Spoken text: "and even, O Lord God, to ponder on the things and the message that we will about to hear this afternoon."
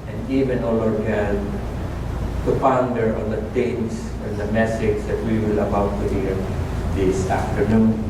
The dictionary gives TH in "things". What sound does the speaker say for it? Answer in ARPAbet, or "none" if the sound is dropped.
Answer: T